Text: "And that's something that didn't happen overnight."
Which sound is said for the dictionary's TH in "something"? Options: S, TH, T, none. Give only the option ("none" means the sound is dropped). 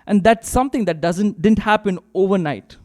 T